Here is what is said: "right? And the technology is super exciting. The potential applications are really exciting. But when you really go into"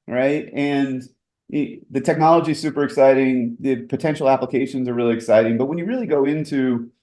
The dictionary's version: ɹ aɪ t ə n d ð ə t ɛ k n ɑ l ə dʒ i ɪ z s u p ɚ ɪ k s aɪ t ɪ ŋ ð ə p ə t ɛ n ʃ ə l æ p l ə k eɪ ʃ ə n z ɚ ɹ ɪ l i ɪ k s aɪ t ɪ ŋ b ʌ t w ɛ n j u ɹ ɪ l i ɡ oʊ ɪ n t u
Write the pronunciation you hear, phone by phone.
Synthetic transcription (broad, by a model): ɹ aɪ t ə n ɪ ð ə t ɛ k n ɑ l ə dʒ i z s u p ɚ ɪ k s aɪ t ɪ ŋ ð ə p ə t ɛ n ʃ l æ p l ə k eɪ ʃ ə n z ɚ ɹ ɪ l i ɪ k s aɪ t ɪ ŋ b ʌ t w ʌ n j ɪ ɹ ɪ l i ɡ oʊ ɪ n t u